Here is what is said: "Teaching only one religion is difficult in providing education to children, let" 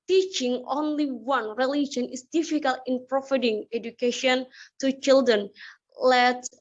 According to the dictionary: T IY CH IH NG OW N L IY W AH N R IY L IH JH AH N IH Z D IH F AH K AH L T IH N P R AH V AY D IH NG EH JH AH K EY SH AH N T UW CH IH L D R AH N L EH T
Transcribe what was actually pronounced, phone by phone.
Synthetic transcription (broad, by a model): T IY CH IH NG OW N L IY W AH N R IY L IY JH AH N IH S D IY F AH K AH L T IH N P R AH F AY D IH NG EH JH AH K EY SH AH N T UW CH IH L D R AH N L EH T